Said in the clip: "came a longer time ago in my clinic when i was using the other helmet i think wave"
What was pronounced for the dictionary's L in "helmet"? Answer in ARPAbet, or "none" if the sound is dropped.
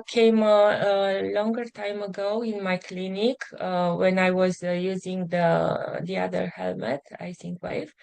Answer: L